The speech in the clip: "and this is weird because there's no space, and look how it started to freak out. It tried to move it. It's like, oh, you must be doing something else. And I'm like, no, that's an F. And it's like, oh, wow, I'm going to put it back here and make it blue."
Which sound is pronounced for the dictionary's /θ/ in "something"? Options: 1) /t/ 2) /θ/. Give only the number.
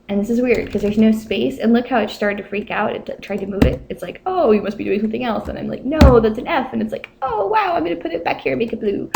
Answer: 2